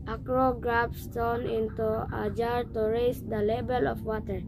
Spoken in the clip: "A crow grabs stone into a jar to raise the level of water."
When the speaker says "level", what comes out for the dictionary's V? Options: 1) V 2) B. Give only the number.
2